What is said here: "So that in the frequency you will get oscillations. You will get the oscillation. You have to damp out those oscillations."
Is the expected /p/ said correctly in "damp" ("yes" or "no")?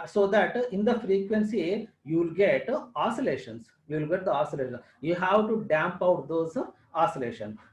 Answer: yes